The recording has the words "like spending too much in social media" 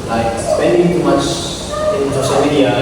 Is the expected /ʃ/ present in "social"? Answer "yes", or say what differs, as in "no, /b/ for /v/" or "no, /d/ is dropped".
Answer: no, /s/ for /ʃ/